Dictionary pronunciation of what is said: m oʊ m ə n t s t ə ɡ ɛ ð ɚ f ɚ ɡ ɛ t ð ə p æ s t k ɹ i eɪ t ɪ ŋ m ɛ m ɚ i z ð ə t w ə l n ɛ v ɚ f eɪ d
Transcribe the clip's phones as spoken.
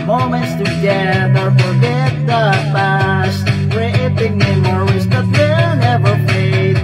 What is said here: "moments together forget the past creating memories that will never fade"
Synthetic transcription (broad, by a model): m oʊ m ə n t s t ə ɡ ɛ ð ɚ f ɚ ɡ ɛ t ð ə b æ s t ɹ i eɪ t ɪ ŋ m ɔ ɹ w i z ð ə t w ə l n ɛ v ɚ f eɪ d